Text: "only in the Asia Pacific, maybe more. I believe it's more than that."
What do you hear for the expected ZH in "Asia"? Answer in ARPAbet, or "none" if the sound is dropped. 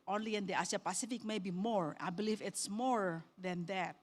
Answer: S